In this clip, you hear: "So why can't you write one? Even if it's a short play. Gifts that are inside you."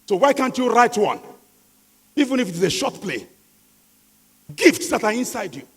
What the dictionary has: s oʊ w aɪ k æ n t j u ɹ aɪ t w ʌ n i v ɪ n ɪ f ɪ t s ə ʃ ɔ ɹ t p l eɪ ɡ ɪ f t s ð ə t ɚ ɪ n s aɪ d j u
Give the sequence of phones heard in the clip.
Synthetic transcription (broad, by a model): s oʊ w aɪ k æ n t j u ɹ aɪ t w ʌ n i v ɪ n ɪ f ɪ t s ə ʃ ɔ t p l eɪ ɡ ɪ f t s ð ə t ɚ ɪ n s aɪ d j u